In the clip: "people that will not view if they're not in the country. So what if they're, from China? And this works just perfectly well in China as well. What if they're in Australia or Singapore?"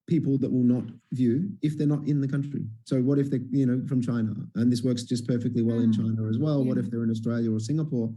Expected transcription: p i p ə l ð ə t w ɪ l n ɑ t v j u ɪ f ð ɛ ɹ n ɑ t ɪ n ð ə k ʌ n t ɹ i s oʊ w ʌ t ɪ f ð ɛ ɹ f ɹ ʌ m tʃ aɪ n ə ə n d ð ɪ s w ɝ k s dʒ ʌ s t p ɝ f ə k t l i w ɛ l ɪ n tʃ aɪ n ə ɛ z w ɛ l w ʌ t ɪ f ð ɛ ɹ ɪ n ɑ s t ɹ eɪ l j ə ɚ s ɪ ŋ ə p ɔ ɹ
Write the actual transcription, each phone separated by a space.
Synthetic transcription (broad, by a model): p i p l ð ə t w ɪ l n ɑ t v j u ɪ f ð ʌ ɹ n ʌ t ɪ n ð ə k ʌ n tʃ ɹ i s oʊ w ʌ t ɪ f ð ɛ ɹ f ɹ ʌ m tʃ aɪ n ə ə n ð ɪ s w ɝ k s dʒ ʌ s p ɝ f ə k t l i w ɛ l ɪ n tʃ aɪ n ə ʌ z w ɛ l w ʌ t ɪ f ð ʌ ɹ ɪ n ɑ s t ɹ eɪ l j ə ɚ s ɪ ŋ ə p ɔ ɹ